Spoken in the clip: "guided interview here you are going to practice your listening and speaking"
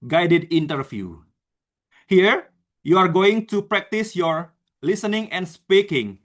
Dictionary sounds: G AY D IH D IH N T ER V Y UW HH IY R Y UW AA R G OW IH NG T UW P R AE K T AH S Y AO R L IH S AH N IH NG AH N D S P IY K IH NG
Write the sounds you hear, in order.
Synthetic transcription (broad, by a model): G AY D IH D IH N T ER F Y UW HH IY R Y UW AA R G OW IH NG T UW P R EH K T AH S Y AO R L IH S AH N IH NG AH N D S P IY K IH NG